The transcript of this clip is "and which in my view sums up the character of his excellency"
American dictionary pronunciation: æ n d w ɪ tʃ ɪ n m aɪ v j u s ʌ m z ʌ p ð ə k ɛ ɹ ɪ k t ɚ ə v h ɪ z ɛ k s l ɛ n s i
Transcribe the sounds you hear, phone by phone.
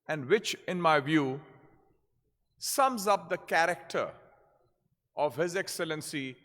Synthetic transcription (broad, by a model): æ n d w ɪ tʃ ɪ n m aɪ v j u s ʌ m z ʌ p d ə k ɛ ɹ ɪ k t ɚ ə v h ɪ z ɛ k s l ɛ n s i